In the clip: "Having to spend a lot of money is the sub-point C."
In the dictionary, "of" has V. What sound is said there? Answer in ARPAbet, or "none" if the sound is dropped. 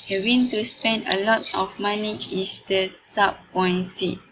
F